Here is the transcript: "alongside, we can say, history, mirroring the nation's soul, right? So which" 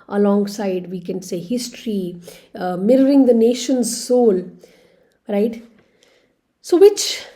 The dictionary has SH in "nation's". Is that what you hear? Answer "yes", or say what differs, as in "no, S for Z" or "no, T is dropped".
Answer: yes